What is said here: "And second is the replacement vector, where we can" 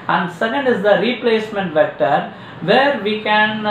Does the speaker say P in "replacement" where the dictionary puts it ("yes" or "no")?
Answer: yes